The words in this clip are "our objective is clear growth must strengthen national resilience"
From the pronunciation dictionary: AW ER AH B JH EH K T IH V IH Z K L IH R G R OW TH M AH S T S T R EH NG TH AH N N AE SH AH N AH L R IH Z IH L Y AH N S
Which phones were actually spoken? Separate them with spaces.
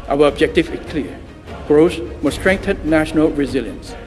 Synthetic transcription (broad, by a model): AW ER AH B JH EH K T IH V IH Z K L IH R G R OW S M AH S S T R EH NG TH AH N N AE SH AH N AH L R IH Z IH L Y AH N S